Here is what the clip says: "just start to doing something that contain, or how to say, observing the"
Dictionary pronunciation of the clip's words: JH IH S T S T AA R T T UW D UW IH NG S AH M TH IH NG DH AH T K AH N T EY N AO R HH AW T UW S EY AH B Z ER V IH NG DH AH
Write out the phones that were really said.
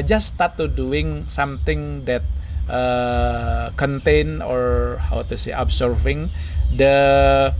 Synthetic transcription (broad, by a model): JH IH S S T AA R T T UW D UW IH NG S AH M T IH NG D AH T K AH N T EY N AO R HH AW T UW S EY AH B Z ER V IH NG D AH